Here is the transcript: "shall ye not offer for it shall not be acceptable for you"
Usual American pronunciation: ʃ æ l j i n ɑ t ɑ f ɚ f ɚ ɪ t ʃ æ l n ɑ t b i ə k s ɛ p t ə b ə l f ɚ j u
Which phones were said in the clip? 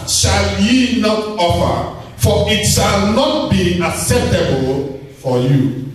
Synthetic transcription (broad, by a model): ʃ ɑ l j i n ɑ t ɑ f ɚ f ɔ ɪ t ʃ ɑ l n ɑ t b i ə k s ɛ p t ə b ə l f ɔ j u